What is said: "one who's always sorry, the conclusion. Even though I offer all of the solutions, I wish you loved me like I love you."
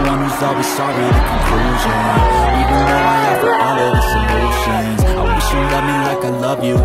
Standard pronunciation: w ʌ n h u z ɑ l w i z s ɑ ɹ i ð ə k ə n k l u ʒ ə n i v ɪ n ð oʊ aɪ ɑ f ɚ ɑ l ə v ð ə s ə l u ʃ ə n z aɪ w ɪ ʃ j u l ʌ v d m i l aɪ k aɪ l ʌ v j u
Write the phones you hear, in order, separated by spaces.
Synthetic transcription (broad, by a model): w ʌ n h u z ɑ l w i z s ɑ ɹ i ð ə k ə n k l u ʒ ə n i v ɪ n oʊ aɪ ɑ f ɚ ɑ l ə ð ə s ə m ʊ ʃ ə n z aɪ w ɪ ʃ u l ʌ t m i l aɪ k aɪ l ʌ v j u